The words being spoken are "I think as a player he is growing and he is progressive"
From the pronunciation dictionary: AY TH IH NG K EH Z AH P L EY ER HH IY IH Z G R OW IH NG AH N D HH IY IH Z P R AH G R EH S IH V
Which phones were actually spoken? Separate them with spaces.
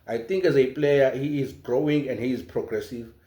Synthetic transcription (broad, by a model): AY T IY NG K EH Z AH P L EY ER HH IY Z G R OW IH NG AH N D HH IY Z P R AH G R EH S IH V